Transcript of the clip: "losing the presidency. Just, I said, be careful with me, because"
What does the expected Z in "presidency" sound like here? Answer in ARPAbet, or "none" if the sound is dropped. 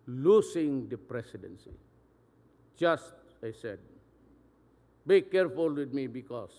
S